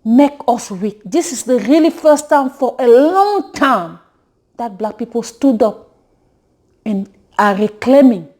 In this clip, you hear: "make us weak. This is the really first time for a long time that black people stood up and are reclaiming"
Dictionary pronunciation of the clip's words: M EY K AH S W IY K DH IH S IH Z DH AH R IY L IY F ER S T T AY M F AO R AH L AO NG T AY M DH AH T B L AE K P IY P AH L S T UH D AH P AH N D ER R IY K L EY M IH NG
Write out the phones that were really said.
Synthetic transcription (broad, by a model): M EY K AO S W IY K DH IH S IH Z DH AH R IY L IY F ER S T T AY M F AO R AH L AO NG T AY M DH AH T B L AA K P IY P AH L S T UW D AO P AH N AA R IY K L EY M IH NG